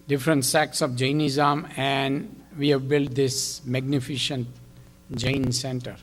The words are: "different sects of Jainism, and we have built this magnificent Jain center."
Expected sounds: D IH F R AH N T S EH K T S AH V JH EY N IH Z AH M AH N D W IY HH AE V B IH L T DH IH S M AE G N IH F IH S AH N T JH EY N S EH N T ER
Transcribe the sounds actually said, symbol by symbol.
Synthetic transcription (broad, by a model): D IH F R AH N T S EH K S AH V JH EY N IH Z AH M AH N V IY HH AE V B IH L T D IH S M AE G N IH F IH SH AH N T JH EY N S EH N T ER